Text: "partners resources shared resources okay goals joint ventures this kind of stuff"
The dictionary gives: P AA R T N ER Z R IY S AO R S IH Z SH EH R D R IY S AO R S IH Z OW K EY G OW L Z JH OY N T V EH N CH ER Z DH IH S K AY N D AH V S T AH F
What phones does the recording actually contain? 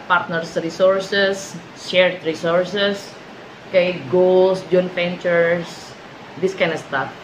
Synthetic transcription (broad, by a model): P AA R T N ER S R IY S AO R S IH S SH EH R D R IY S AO R S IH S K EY G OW L S JH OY N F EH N CH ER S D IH S K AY N AH S T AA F